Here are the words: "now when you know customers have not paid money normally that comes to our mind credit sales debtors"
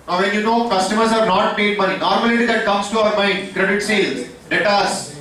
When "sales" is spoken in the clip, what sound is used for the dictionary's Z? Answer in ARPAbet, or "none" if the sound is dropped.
none